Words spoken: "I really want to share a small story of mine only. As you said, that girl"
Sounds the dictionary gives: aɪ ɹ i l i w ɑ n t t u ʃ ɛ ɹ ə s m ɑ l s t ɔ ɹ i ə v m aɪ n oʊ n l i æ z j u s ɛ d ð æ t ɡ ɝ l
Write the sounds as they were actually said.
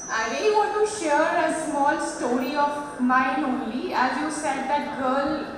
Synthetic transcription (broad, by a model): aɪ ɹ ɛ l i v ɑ n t t u ʃ ɛ ɹ ə s m ɑ l s t ɔ ɹ i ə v m aɪ n oʊ n l i æ z j u s ɛ d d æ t ɡ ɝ l